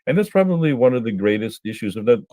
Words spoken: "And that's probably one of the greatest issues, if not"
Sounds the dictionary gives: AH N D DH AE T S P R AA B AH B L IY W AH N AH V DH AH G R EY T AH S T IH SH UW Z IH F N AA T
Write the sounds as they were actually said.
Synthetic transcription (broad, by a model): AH N DH AE T S P R AA B AH B L IY W AH N AH V DH AH G R EY T AH S T IH SH UW Z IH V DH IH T